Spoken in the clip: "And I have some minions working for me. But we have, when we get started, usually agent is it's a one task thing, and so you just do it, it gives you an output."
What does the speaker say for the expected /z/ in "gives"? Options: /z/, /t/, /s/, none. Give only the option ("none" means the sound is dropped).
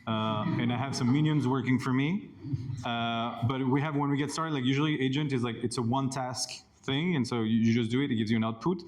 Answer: /z/